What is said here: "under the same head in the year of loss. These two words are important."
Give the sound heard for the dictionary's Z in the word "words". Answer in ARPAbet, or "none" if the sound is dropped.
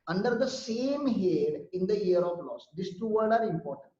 none